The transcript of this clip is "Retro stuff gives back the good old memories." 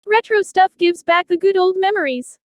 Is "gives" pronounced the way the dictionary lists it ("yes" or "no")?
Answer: yes